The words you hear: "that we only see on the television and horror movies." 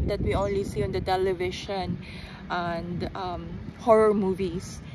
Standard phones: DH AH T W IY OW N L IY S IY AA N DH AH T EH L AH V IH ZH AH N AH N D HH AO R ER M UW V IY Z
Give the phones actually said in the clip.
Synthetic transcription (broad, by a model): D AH T W IY OW N L IY S IY AA N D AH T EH L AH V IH SH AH N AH N D HH AO R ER M UW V IY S